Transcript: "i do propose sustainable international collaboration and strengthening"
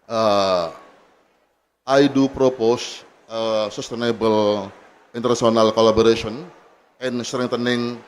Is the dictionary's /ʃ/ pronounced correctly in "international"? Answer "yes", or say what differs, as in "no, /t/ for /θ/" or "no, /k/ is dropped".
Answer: no, /s/ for /ʃ/